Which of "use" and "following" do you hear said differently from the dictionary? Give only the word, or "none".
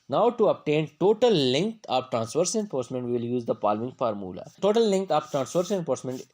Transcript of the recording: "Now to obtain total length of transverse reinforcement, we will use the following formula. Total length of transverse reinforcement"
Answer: following